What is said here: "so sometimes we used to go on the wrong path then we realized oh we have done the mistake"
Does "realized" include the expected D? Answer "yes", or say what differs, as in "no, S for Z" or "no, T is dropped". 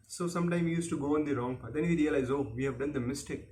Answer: no, D is dropped